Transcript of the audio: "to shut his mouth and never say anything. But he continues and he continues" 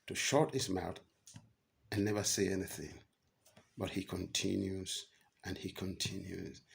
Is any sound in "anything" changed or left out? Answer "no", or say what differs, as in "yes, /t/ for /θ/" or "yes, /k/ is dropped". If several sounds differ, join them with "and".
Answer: no